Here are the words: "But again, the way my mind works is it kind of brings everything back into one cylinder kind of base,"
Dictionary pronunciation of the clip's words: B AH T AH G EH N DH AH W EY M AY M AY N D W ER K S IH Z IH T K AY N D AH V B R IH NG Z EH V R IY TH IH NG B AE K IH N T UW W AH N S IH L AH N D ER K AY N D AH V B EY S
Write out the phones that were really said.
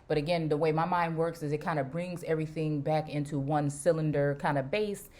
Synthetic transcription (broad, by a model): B AH T AH G EH N DH AH W EY M AY M AY N D W ER K S IH Z IH T K AY N D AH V B R IH NG Z EH V R IY TH IH NG B AE K IH N T UW W AH N S IH L AH N D ER K AY N D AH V B EY S